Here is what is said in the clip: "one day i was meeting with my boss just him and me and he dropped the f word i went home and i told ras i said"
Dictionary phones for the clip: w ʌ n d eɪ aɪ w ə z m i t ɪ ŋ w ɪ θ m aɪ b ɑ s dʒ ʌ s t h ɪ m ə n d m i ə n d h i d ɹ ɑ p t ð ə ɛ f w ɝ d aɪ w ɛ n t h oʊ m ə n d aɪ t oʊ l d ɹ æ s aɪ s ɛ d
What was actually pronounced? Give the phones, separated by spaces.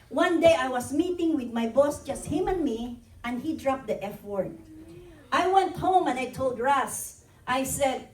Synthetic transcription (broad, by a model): w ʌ n d eɪ aɪ w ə s m i t ɪ ŋ w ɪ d m aɪ b ɑ s dʒ ʌ s t h ɪ m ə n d m i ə n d h i d ɹ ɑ p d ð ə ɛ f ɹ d aɪ w ɛ n t h oʊ m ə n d aɪ t oʊ l d ɹ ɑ s aɪ s ɛ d